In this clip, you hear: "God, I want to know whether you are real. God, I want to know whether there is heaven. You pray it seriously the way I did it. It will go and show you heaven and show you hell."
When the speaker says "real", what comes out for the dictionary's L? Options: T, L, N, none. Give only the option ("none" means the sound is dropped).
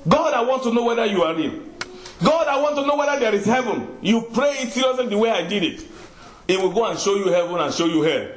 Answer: N